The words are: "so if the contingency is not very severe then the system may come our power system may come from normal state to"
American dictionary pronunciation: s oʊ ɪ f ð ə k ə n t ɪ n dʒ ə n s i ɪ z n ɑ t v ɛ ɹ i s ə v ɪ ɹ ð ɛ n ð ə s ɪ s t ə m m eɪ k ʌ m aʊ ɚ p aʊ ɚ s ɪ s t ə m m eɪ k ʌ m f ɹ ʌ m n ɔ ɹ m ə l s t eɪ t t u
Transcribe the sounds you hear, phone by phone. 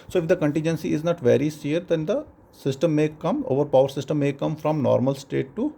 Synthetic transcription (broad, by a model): s oʊ ɪ f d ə k ə n t ɪ n dʒ ə n s i ɪ z n ɑ t v ɛ ɹ i s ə ʌ ɹ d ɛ n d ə s ɪ s t ə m m eɪ k ʌ m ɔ ɚ p aʊ ɚ s ɪ s t ə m m eɪ k ʌ m f ɹ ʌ m n ɔ ɹ m ə l s t eɪ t t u